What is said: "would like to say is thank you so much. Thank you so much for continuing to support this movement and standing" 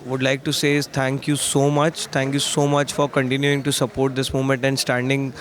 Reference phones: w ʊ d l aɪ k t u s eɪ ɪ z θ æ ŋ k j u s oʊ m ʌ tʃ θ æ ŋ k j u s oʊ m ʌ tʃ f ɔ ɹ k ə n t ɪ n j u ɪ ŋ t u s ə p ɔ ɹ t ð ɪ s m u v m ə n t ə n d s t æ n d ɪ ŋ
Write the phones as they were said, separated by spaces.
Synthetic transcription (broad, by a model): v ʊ d l aɪ k t u s eɪ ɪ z t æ ŋ k j u s oʊ m ʌ tʃ t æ ŋ k j u s oʊ m ʌ tʃ f ɔ ɹ k ə n t ɪ n j u ɪ ŋ t u s ə p ɔ ɹ t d ɪ s m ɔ m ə n t ə n d s t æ n d ɪ ŋ